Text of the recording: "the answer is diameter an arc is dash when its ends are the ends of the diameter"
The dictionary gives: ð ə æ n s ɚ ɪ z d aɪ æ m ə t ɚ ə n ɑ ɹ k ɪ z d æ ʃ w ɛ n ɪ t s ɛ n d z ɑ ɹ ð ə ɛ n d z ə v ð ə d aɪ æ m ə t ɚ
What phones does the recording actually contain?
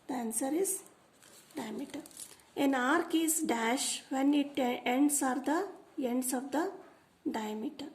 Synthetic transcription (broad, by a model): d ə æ n s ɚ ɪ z d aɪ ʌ m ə t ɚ ə n ɑ ɹ k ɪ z d æ ʃ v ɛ n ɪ t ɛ n d s ɑ ɹ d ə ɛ n d s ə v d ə d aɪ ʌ m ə t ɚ